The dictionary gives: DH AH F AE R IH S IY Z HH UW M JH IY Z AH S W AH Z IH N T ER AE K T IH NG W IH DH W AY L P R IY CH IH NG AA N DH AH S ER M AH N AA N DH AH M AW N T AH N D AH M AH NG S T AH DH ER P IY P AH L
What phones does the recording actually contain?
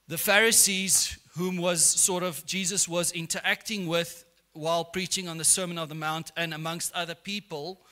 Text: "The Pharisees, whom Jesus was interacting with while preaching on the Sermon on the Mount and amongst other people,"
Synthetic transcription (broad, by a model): DH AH F AE R IH S IY Z HH UW M JH IY Z AH S W AH Z IH N T ER AE K T IH NG W IH DH W AY L P R IY CH IH NG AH N DH AH S ER M AH N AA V DH AH M AW N T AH N AH M AH NG S T AH DH ER P IY P AH L